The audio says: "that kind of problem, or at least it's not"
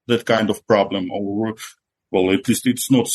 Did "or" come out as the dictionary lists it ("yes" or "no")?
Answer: no